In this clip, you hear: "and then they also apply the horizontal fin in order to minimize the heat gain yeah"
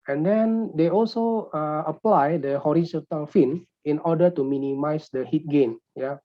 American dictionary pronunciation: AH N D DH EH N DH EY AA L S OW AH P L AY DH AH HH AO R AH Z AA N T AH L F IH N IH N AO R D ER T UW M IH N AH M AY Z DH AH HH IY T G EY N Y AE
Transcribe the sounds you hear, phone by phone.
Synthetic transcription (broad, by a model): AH N D EH N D EY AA L S OW AH P L AY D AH HH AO R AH S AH T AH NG F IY N IH N AO D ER T UW M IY N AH M AY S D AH HH IY T G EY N Y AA